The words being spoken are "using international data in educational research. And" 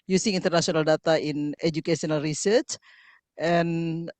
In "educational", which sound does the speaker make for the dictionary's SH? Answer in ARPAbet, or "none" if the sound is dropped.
S